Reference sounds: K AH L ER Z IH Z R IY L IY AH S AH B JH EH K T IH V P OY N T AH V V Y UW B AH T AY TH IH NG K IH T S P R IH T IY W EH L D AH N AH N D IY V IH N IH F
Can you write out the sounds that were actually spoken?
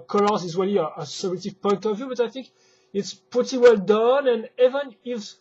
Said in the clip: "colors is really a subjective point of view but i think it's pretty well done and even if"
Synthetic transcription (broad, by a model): K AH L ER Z IH Z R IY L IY AH S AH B EH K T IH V P OY N T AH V V Y UW B AH T AY TH IH NG K IH T S P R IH T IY W EH L D AH N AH N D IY V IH N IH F